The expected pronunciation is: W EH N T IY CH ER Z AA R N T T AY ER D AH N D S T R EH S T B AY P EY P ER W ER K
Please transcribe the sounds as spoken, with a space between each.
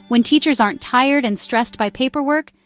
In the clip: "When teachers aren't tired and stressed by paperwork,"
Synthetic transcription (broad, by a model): W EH N T IY CH ER Z AA R N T T AY ER D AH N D S T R EH S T B AY P EY P ER W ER K